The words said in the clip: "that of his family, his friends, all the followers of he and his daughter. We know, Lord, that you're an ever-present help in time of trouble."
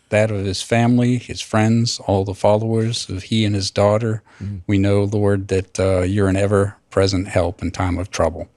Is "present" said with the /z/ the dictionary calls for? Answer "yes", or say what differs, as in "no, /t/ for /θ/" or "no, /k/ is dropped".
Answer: yes